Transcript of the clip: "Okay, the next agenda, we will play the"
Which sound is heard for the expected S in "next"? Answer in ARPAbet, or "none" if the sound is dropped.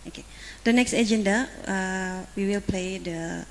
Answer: S